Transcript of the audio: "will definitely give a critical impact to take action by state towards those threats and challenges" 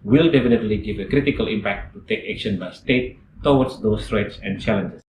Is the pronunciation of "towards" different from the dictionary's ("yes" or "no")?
yes